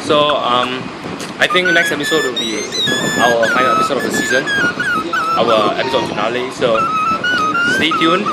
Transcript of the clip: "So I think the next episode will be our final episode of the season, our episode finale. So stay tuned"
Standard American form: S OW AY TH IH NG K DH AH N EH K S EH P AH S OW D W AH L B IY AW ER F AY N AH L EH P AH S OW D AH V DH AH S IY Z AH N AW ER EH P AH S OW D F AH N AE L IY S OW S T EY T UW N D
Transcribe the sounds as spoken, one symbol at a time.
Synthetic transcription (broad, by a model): S OW AY T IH NG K N EH K S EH P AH S OW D W AH L B IY AW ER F AY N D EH P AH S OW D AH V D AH S IY Z AH N AW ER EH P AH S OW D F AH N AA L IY S OW S T EY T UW N